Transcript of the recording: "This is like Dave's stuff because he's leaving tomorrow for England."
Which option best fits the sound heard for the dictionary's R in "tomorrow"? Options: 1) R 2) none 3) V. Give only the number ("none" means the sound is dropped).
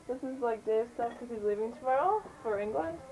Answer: 2